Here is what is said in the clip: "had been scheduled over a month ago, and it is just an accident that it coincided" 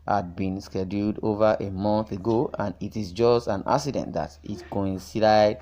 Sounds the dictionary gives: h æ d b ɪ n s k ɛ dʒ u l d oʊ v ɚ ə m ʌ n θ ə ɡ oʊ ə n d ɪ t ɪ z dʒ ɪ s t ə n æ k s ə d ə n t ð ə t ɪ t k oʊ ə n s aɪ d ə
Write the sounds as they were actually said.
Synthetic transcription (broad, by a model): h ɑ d b ɪ n s k ɛ dʒ u l d oʊ v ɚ ə m ʌ n θ ə ɡ oʊ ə n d ɪ t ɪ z dʒ ɪ s t ə n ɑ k s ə d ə n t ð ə t ɪ t k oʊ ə n s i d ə